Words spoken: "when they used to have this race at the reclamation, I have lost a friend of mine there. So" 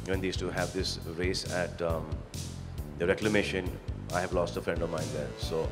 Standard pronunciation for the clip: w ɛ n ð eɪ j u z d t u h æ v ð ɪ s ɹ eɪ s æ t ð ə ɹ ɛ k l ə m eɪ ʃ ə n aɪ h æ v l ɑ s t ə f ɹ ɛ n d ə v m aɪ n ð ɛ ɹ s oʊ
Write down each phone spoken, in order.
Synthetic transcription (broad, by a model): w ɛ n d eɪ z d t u h æ v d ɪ s ɹ eɪ s æ t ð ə ɹ ɛ k l ə m eɪ ʃ ə n aɪ h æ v l ɑ s t ə f ɹ ɛ n d ə v m aɪ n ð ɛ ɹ s oʊ